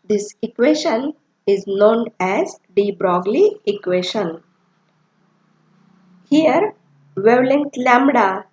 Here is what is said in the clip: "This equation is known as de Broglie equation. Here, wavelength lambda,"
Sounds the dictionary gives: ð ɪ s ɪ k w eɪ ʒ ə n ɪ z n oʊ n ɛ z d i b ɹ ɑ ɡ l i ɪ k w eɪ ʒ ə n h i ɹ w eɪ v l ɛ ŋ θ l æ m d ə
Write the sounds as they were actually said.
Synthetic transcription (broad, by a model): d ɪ s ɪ k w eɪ ʃ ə n ɪ z n oʊ n ɛ z d i b ɹ ɑ ɡ l i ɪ k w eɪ ʃ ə n h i ɹ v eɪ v l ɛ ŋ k l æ m d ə